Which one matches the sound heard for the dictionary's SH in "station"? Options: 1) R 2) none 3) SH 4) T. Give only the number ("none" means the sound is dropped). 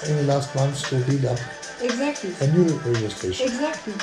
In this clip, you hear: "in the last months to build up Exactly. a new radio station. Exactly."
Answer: 2